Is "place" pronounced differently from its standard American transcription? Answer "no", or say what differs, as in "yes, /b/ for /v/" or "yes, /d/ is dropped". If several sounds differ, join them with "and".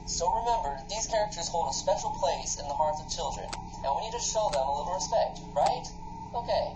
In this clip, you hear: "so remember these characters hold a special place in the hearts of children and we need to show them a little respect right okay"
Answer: no